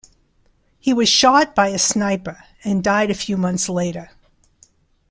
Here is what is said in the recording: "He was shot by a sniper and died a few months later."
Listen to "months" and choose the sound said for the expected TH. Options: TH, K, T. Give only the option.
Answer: TH